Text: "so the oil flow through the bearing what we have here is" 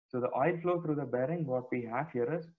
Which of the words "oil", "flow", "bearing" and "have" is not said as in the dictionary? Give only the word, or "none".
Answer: have